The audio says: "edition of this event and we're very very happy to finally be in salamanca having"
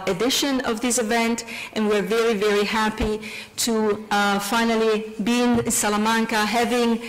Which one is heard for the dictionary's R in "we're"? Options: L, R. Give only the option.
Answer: R